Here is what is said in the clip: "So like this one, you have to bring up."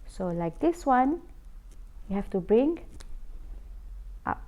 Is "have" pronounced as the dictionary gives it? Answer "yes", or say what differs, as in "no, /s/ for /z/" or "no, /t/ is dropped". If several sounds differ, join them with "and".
no, /f/ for /v/